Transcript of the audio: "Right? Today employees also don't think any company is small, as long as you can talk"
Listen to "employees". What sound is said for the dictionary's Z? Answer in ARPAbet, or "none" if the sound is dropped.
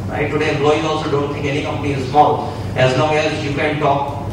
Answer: none